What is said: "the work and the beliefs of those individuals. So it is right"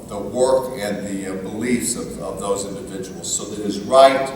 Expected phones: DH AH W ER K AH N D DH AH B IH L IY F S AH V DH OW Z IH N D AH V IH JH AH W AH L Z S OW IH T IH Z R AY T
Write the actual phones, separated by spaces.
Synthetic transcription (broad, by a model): DH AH W ER K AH N DH AH B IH L IY F S AH V DH OW Z IH N D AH V IH JH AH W L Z S OW IH T IH Z R AY T